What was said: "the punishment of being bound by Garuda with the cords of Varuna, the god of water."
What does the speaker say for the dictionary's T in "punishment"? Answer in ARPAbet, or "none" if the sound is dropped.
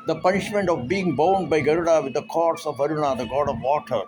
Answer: T